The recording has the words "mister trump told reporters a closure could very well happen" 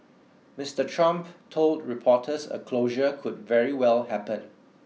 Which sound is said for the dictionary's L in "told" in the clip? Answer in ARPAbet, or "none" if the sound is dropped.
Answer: L